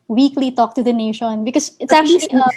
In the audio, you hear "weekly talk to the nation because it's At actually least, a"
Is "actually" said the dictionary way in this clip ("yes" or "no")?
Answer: no